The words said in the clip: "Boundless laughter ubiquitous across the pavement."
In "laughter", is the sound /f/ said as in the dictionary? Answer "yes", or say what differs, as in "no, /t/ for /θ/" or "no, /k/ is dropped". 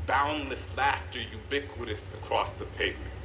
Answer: yes